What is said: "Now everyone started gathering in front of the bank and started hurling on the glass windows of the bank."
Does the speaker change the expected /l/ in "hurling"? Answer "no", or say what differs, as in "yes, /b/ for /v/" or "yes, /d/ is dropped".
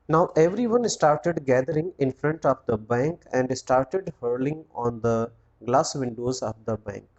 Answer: no